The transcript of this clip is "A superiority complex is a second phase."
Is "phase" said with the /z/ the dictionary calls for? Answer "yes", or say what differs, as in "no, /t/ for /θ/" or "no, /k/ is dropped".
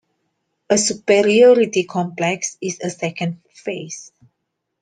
no, /s/ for /z/